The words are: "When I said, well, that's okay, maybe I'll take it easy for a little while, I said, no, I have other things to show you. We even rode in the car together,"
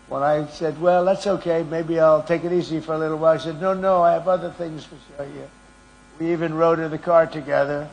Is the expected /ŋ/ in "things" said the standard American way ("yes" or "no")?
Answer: yes